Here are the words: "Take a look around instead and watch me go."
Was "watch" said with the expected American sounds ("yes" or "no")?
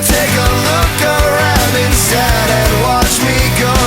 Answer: yes